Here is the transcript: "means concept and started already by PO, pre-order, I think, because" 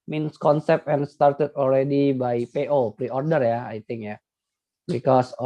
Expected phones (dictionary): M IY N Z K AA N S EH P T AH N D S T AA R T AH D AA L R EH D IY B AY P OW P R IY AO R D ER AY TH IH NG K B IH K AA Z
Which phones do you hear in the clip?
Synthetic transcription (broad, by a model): M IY N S K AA N S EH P AH N S T AA R T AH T AA L R EH D IY B AY P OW P R IY AO R D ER AY T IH NG K B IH K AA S